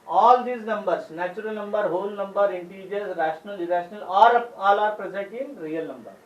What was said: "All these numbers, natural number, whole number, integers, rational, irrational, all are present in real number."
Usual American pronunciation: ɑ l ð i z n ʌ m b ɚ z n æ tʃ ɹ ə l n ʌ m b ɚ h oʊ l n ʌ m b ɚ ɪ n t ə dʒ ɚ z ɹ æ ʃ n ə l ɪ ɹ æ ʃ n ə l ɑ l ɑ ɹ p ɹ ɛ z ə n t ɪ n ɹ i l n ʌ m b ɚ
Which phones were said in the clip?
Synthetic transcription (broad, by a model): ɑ l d i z n ʌ m b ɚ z n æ tʃ ɹ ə l n ʌ m b ɚ h oʊ l n ʌ m b ɚ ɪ n t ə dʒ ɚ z ɹ æ ʃ n ə l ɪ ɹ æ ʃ n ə l ɑ l ɑ ɹ p ɹ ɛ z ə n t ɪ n ɹ i l n ʌ m b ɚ